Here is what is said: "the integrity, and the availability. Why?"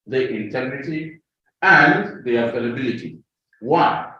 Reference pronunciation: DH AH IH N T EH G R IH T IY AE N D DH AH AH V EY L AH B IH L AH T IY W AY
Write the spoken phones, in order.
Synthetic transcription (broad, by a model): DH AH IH N T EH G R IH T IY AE N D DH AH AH F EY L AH B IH L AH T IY W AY